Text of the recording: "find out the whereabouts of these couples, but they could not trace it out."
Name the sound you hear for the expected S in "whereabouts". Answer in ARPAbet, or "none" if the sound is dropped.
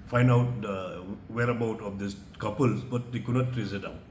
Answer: none